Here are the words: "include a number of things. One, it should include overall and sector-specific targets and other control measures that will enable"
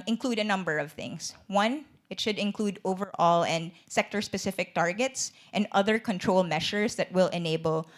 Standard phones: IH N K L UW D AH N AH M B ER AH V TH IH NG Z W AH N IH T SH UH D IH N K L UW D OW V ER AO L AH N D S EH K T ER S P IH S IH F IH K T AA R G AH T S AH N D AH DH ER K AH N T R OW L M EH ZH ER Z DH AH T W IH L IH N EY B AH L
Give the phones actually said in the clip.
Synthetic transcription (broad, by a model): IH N K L UW D AH N AH M B ER AH V TH IH NG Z W AH N IH T SH UH D IH N K L UW D OW V ER AO L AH N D S EH K T ER S P IH S IH F IH K T AA R G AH T S AH N D AH DH ER K AH N T R OW L M EH SH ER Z DH AH T W IH L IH N EY B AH L